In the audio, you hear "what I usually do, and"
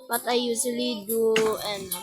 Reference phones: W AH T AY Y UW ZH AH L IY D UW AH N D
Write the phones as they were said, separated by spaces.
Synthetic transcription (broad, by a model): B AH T AY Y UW S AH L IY D UW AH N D